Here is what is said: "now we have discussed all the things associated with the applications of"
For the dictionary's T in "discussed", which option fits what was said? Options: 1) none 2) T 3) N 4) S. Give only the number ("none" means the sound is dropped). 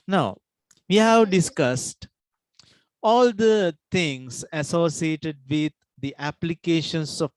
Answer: 2